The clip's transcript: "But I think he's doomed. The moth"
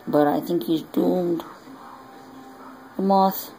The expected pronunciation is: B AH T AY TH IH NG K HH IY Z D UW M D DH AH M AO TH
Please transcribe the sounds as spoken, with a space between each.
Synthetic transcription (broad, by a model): B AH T AY TH IH NG K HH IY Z D UW M D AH M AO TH